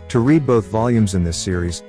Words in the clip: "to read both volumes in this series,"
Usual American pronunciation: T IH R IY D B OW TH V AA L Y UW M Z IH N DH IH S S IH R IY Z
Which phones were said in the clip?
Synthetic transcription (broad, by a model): T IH R IY D B OW TH V AA L Y UW M Z IH N DH IH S S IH R IY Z